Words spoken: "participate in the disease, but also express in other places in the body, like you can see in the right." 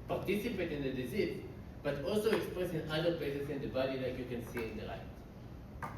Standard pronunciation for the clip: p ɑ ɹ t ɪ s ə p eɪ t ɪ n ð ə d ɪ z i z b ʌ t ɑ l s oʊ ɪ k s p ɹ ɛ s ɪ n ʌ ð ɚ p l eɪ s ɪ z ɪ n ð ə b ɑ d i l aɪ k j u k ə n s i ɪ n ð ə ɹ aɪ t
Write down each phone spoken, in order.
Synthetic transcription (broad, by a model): p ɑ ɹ t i s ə p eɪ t ɪ n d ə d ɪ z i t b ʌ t ɑ l s oʊ ɪ k s p ɹ ɛ s ɪ n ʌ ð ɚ p l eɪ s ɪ s ɪ n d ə b ɑ d i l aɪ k j u k ə n s i ɪ n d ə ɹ aɪ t